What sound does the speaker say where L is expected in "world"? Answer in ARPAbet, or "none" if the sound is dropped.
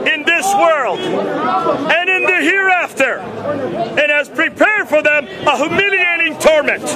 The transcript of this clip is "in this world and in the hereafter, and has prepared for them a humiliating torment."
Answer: L